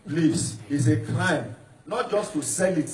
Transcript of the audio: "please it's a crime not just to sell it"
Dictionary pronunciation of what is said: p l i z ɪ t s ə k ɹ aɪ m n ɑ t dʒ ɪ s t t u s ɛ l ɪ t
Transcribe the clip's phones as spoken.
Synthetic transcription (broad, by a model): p l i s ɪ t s ə k l aɪ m n ɑ t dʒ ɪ s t t u s ɛ l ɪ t